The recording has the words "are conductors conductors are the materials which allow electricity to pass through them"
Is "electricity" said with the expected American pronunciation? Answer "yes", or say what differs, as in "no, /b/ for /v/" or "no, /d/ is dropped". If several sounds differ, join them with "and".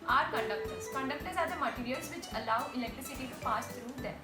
yes